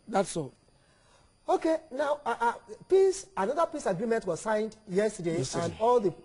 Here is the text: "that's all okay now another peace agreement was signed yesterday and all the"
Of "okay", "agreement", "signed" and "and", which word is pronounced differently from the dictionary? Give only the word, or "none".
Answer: none